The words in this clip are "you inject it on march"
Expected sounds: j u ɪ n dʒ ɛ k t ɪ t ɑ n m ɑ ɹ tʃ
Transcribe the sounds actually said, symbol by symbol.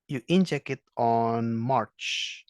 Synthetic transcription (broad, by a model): j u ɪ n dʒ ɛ k ɪ t ɑ n m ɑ ɹ tʃ